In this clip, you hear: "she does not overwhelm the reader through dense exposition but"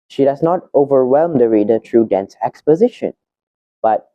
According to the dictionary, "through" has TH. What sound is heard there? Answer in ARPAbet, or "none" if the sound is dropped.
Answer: T